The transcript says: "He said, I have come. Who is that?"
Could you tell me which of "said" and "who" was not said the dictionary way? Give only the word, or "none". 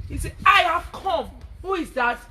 said